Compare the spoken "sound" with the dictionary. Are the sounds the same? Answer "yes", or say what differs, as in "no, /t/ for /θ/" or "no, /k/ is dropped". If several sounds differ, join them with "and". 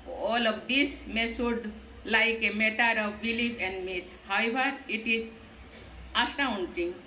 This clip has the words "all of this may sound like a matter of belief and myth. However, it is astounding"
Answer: no, /n/ is dropped